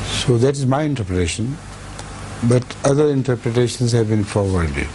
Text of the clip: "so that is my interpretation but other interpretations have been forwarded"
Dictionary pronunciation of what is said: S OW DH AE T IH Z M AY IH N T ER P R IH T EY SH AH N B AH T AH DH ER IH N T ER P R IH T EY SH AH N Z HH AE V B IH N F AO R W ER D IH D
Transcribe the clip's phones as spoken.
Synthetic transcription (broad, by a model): S OW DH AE T IH Z M AY IH N T ER P R IH T EY SH AH N B AH T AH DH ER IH N T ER P R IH T EY SH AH N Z HH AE V B IH N F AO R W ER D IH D